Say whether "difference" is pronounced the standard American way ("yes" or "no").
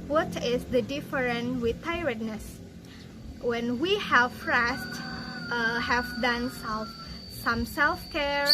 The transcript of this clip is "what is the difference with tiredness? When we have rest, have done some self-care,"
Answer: no